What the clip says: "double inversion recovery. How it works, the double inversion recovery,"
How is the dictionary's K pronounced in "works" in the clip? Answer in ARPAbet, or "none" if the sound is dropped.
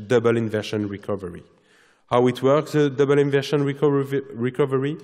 K